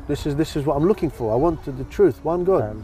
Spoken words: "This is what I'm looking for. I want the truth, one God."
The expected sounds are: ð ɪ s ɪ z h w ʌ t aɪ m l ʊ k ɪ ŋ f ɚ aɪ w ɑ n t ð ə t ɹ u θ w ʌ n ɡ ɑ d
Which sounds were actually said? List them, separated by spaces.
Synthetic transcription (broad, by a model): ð ɪ s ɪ z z w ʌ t aɪ m l ʊ k ɪ ŋ f ɚ aɪ w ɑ n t ð ə t ɹ u θ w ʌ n ɡ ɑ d